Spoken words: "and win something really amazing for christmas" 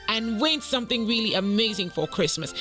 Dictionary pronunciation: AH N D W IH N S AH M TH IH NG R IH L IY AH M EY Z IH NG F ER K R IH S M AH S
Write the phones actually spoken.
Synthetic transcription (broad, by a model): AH N W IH N S AH M TH IH NG R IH L IY AH M EY Z IH NG F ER K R IH S M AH S